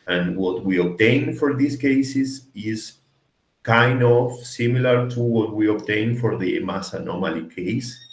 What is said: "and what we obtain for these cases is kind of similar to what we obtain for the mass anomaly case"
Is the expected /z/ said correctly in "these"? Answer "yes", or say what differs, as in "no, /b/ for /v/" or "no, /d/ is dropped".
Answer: no, /s/ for /z/